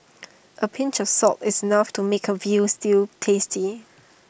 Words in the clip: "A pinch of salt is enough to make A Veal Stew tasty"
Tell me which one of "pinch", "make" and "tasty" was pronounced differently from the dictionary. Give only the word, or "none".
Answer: none